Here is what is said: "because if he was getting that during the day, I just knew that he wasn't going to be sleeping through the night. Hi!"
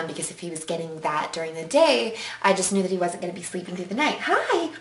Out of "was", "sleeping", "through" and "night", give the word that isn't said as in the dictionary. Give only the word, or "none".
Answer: none